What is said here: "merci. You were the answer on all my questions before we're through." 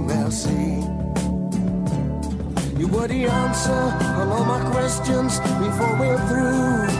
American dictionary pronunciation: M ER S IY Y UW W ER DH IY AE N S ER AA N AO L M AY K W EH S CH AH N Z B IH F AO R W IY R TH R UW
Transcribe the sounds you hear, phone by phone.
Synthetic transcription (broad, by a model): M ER S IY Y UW W ER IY AE N S ER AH L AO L M AY K W EH S CH AH N Z B IH F AO R W IY R TH R UW